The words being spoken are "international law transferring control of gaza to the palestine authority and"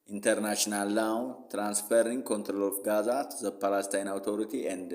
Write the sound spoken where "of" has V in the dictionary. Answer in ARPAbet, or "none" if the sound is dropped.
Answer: F